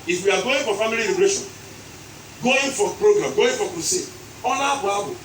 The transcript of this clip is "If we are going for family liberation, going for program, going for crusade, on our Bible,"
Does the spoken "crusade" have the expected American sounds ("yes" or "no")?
no